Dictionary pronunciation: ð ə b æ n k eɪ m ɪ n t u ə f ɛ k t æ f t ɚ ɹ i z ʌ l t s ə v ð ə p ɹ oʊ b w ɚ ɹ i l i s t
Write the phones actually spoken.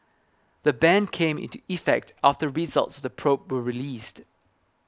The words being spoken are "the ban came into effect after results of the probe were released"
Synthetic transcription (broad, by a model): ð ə b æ n k eɪ m ɪ n t u ə f ɛ k t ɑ f t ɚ ɹ i z ʌ l t s ə v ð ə p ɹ oʊ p w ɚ ɹ i l i s t